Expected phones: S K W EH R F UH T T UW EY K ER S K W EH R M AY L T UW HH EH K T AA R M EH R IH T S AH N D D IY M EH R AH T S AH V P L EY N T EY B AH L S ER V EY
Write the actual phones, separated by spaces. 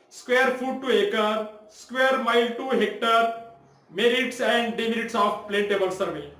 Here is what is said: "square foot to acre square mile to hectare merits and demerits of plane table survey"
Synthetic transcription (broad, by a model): S K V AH R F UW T T UW EY K ER S K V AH R M AY L T UW HH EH K T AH R M EH R IH T S AH N D D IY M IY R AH T S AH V P L EY N T EY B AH L S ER V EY